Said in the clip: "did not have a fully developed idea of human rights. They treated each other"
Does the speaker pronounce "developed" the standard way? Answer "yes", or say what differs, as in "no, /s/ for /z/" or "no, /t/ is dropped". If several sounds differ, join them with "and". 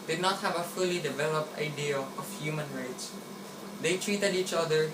yes